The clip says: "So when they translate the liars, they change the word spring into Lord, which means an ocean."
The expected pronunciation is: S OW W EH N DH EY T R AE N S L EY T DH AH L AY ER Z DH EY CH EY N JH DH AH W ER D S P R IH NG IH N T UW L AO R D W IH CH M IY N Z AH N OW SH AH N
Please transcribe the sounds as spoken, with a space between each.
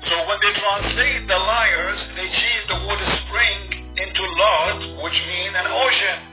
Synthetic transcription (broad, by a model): S OW W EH N DH EY T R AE N S L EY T DH AH L AY ER Z DH EY CH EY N DH AH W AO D S P R IH NG IH N T UW L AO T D W IH CH M IY N AH N OW SH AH N